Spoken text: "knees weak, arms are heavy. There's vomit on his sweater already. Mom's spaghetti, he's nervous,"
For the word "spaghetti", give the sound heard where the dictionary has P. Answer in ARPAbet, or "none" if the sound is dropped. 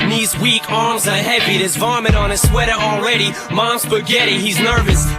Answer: B